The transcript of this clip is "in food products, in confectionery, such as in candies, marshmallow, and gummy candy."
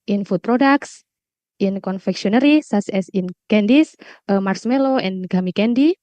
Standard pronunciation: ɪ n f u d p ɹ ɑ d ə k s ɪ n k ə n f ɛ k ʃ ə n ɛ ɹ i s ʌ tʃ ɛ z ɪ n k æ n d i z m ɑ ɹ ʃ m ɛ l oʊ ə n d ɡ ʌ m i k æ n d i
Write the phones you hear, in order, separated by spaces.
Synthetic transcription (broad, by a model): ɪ n f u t p ɹ ɑ d ə k s ɪ n k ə n f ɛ k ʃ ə n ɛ ɹ i s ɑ s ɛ s ɪ n k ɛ n d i s m ɑ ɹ s m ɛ l oʊ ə n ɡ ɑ m i k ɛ n d i